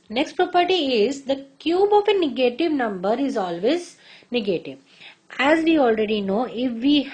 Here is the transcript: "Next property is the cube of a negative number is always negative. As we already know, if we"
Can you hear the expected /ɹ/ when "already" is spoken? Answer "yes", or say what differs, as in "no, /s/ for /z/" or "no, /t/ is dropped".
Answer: yes